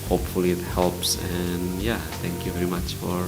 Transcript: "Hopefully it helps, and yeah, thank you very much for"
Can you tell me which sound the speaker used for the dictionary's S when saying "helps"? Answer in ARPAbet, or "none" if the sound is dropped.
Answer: S